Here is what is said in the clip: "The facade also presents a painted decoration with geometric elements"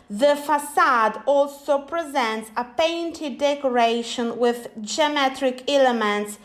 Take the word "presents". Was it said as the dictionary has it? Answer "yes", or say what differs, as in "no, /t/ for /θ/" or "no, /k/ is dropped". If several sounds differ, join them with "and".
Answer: yes